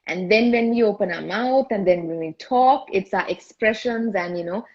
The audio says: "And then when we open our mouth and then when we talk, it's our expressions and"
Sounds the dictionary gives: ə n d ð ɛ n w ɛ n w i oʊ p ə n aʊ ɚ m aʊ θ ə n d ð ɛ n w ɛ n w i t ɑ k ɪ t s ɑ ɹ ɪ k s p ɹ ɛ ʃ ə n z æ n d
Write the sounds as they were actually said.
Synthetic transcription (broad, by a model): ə n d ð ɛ n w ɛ n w i oʊ p ə n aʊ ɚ m aʊ t ə n d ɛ n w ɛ n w i t ɑ k ɪ t s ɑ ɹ ɪ k s p ɹ ɛ ʃ ə n z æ n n